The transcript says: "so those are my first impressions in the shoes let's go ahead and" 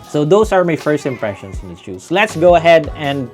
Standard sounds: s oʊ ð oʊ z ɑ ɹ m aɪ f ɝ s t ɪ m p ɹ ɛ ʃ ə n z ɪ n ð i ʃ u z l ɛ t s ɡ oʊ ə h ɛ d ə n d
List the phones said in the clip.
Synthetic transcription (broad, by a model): s oʊ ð oʊ s ɑ ɹ m aɪ f ɝ s t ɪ m p ɹ ɛ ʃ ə n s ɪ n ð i s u s l ɛ t s ɡ oʊ ə h ɛ d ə n d